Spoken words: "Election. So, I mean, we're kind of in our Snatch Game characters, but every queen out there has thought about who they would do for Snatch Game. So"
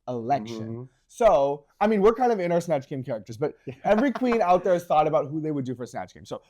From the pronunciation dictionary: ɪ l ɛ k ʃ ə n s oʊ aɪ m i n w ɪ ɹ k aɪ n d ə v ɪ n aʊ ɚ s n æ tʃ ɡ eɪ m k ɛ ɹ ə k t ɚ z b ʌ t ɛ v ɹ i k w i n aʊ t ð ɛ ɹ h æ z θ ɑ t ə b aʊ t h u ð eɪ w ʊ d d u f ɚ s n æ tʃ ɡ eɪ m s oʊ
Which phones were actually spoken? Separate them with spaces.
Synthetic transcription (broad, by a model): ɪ l ɛ k ʃ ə n s oʊ aɪ m i n w ɪ ɹ k aɪ n d ə v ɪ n aʊ ɚ s n æ tʃ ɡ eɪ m k ɛ ɹ ə k t ɚ z b ʌ t ɛ v ɹ i k w i n aʊ t ð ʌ ɹ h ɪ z θ ɑ t ə b aʊ t h u ð eɪ w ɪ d d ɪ f ɚ s n æ tʃ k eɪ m s oʊ